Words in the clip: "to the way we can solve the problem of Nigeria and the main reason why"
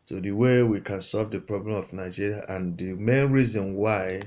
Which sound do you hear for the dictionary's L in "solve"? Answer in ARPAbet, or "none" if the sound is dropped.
L